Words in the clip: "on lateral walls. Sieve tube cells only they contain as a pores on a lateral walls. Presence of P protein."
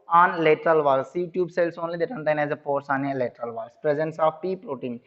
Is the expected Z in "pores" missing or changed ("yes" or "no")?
yes